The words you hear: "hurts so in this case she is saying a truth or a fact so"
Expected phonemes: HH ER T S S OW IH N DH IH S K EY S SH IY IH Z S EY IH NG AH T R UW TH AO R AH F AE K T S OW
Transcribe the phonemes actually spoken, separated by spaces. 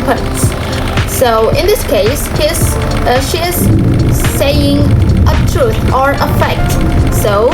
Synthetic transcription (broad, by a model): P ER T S S OW IH N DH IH S K EY S SH IY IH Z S EY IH NG AH T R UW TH AO R AH F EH K T S OW